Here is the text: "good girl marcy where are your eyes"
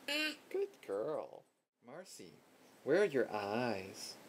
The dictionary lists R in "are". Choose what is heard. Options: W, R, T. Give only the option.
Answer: R